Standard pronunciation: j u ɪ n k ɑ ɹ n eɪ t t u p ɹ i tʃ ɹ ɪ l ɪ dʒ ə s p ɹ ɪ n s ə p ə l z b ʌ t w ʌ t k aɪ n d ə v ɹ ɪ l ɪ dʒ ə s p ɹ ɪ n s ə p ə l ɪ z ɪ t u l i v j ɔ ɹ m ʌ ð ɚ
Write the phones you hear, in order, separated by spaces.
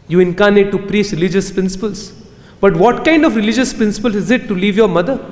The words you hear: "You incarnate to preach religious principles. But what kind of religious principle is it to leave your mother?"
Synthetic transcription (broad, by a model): j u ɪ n k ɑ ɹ n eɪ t t u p ɹ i s ɹ ɪ l ɪ dʒ ə s p ɹ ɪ n s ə p ə l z b ʌ t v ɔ t k aɪ n d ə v ɹ ɪ l ɪ dʒ ə s p ɹ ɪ n s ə p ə l ɪ z ɪ t u l i v j ɔ ɹ m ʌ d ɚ